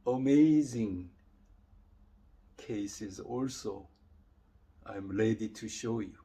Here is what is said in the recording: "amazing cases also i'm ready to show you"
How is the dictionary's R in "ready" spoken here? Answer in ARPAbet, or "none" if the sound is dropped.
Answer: L